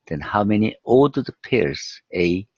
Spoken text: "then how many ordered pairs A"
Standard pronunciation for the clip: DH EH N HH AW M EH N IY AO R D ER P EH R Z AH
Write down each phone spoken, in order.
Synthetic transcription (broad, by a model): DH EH N HH AW M EH N IY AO L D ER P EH R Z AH